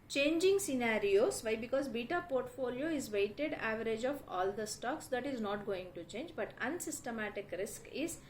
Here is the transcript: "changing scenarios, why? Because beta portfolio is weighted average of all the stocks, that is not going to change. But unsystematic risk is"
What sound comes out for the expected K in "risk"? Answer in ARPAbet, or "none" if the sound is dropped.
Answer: K